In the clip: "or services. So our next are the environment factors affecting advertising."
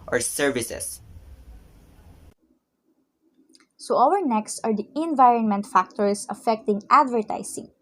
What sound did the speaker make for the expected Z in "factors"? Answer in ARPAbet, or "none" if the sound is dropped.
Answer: S